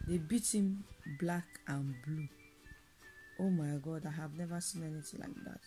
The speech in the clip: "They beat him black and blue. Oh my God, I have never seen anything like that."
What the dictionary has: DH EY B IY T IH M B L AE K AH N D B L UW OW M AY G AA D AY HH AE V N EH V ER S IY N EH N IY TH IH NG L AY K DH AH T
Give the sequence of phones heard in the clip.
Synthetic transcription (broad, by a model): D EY B IY T IH M B L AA K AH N B L UW OW M AY G AA D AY HH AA V N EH V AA S IY N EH N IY T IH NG L AY K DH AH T